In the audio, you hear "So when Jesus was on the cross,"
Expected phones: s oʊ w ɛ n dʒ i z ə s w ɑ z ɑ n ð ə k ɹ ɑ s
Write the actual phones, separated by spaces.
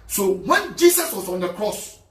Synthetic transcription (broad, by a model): s oʊ w ɛ n dʒ i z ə s w ɑ s ɑ n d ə k ɹ ɑ s